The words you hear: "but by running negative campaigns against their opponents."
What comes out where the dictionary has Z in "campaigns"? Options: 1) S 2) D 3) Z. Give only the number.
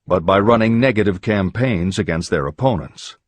3